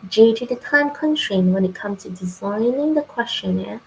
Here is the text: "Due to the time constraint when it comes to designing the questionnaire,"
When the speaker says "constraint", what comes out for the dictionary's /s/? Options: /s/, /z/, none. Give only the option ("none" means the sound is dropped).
none